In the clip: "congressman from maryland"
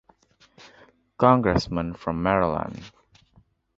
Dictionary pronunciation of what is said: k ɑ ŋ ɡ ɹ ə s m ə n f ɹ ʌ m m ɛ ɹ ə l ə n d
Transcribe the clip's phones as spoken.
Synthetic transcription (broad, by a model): k ɑ ŋ ɡ ɹ ə s m ə n f ɹ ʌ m m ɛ ɹ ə l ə n